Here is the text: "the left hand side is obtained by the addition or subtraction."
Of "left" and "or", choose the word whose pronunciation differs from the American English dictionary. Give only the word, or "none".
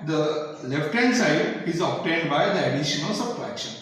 or